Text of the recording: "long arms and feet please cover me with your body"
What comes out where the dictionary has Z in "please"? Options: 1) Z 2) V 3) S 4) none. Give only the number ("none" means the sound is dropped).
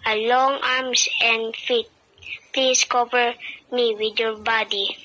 3